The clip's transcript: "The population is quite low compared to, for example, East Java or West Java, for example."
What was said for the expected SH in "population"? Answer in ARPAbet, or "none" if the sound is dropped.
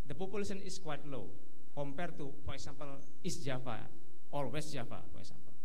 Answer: S